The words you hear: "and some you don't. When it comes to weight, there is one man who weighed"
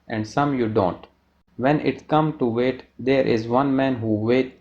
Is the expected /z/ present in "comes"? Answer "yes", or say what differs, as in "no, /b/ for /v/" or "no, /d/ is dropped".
no, /z/ is dropped